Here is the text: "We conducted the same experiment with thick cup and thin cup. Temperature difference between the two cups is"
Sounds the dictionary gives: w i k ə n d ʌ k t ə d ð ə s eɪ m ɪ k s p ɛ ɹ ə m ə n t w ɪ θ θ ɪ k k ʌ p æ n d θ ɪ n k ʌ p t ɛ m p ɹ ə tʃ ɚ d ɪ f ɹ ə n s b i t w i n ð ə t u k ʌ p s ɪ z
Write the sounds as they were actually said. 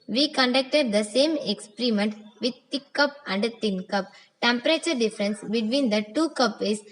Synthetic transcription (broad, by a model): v i k ə n d ʌ k t ə d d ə s eɪ m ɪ k s p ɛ ɹ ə m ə n t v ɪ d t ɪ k k ʌ p æ n d t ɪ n k ʌ p t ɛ m p ɹ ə tʃ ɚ d ɪ f ɹ ə n s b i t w i n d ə t u k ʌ p ɪ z